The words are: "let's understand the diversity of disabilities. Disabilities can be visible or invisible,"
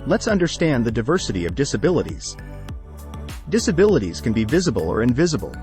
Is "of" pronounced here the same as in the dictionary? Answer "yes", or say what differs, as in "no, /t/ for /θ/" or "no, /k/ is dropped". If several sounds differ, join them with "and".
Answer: yes